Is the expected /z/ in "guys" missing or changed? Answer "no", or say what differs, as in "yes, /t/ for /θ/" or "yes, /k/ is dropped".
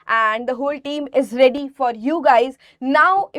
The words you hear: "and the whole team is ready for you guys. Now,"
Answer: no